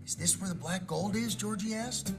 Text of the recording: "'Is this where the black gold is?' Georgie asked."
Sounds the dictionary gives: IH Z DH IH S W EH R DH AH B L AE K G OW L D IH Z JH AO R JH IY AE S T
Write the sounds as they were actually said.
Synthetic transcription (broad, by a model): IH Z DH IH S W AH R DH AH B L AE K G OW L D IH Z JH AO R JH IY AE S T